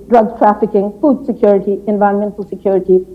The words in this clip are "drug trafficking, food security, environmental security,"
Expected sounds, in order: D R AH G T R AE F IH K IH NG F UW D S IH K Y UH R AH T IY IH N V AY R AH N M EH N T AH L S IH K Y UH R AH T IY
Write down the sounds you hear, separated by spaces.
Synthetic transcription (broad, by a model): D R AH G T R AE F IH K IH NG F UW D S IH K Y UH R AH T IY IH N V AY AH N M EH N T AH L S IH K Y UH R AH T IY